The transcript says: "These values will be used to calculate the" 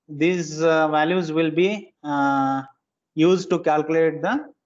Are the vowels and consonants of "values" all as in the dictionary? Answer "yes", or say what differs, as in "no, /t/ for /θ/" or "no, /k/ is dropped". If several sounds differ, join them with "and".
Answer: yes